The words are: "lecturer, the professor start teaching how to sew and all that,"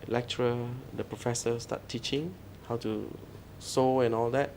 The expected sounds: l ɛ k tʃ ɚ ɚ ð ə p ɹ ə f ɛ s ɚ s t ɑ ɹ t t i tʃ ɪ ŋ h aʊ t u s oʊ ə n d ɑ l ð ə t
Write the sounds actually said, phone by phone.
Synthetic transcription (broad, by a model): l ɛ k tʃ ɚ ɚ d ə p ɹ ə f ɛ s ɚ s t ɑ t t i tʃ ɪ ŋ h aʊ t u s oʊ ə n ɑ l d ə t